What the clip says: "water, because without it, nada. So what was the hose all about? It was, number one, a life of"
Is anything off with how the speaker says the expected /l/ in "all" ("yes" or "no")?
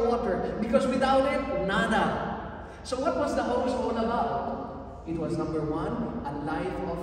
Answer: yes